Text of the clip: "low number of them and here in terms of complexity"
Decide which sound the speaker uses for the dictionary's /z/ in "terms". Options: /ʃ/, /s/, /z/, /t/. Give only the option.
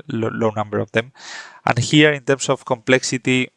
/s/